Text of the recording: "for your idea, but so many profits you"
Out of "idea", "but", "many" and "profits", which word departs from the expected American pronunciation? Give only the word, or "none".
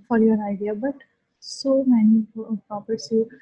profits